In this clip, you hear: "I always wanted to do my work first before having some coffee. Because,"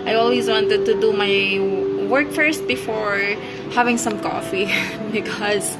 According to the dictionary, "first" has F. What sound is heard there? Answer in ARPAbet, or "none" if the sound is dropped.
F